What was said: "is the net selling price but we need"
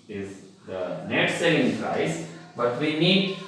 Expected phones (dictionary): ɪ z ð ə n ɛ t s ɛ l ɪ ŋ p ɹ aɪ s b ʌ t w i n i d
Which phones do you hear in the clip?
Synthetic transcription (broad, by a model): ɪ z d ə n ɛ t s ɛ ɪ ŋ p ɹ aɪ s b ʌ t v i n i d